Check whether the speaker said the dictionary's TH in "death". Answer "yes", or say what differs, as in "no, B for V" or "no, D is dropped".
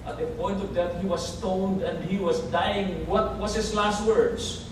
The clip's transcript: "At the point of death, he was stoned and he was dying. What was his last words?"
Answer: no, T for TH